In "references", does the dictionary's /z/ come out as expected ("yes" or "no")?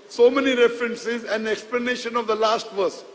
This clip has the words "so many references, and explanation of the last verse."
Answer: yes